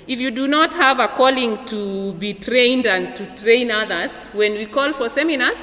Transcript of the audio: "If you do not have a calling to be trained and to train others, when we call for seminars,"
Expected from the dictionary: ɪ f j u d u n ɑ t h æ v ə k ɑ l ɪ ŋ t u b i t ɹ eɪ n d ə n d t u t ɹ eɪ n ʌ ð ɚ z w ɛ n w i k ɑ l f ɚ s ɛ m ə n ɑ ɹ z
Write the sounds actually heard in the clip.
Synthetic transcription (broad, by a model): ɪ f j u d u n ɑ t h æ v ə k ɑ l ɪ ŋ t u b i t ɹ eɪ n d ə n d t u t ɹ eɪ n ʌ ð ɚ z w ɛ n w i k ɑ l f ɚ s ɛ m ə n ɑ ɹ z